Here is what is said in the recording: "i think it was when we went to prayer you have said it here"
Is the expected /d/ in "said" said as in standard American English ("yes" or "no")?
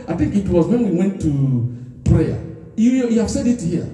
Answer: yes